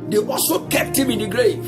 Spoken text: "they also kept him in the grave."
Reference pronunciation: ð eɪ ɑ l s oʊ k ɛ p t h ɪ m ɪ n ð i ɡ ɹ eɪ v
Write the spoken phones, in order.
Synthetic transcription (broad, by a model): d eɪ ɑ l s oʊ k ɛ p t h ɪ m ɪ n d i ɡ ɹ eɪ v